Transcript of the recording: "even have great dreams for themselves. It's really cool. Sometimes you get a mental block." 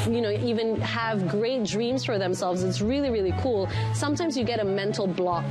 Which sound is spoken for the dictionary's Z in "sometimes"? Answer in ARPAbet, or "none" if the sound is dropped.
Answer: Z